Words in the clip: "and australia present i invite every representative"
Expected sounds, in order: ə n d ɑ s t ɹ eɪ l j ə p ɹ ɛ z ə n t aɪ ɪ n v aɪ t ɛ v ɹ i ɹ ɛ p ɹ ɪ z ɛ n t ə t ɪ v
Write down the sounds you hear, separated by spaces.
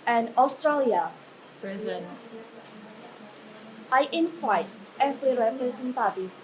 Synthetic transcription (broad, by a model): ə n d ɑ s t ɹ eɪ l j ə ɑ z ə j t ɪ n f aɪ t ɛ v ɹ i ɹ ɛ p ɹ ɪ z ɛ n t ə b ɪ